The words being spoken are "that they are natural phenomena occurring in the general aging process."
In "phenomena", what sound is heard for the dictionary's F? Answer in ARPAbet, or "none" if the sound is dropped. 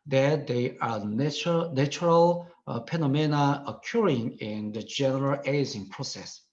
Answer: P